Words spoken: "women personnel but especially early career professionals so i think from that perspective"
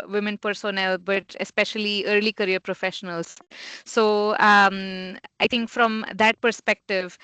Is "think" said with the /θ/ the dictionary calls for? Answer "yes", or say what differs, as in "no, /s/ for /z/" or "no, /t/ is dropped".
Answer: no, /t/ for /θ/